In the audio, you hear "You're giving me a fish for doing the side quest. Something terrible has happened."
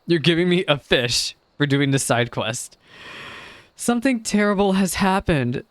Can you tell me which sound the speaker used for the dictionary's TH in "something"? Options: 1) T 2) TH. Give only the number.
2